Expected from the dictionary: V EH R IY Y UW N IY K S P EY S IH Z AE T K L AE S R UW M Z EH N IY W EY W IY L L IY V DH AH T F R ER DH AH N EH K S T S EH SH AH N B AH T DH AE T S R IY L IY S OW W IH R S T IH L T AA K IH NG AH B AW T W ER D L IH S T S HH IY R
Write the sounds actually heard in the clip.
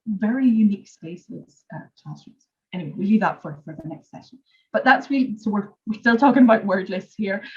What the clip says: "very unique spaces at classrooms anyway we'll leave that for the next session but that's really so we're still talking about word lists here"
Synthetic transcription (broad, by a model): V EH R IY Y UW N IY K S P EY S IH Z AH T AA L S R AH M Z EH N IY W EY W IY L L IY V DH AH T F R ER DH AH N EH K S T S EH SH AH N B AH T DH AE T S W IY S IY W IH W IH R S T IH L T AA K IH NG AH B AW T W ER D L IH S S HH IY R